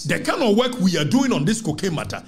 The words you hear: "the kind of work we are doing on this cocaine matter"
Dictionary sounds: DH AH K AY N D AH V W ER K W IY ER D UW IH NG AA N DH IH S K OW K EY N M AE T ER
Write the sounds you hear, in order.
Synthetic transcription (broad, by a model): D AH K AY N AH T W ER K W IY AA D UW IH NG AA N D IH S K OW K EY M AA T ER